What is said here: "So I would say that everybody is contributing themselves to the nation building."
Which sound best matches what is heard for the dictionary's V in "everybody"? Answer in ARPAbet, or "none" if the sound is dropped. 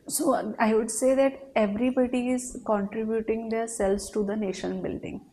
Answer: V